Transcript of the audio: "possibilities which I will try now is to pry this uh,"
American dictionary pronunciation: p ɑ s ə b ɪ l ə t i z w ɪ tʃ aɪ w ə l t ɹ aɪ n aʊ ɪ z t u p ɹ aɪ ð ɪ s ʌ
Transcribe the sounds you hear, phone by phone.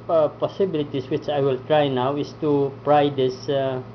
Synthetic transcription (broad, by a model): p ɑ s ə b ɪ l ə t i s w ɪ tʃ aɪ w ə l t ɹ aɪ n aʊ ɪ s t u p ɹ aɪ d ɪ s